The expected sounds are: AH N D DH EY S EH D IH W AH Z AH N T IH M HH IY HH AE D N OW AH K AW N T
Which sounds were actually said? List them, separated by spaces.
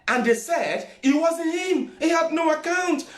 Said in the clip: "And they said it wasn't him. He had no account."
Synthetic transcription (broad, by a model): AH N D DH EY S EH D IH W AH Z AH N IH M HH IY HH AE D N OW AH K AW N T